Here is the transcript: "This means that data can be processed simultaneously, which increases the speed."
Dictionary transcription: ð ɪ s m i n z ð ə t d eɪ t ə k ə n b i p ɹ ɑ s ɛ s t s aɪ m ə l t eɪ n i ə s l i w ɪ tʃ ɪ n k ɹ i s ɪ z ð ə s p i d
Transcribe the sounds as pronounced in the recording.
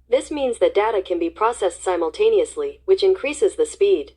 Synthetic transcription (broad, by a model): ð ɪ s m i n z ð ə t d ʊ t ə k ə n b i p ɹ ɑ s ɛ s t s aɪ m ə l t eɪ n i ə s l i w ɪ tʃ ɪ n k ɹ i s ɪ z ð ə s p i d